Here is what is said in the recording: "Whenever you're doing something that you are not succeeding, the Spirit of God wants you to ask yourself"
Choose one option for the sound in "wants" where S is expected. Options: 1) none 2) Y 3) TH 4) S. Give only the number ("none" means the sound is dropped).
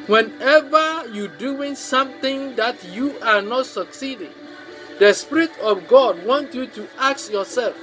1